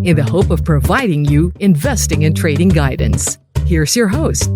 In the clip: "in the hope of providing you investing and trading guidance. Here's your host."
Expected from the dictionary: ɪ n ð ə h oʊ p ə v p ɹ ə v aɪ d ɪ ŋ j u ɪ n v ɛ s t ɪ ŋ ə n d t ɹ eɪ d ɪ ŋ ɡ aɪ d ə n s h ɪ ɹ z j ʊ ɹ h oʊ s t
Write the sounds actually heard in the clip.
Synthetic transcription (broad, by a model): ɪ n ð ə h oʊ p ə v p ɹ ə v aɪ d ɪ ŋ j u ɪ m v ɛ s t ɪ ŋ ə n t ɹ eɪ d ɪ ŋ ɡ aɪ d n s h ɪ ɹ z j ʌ ɹ h oʊ s t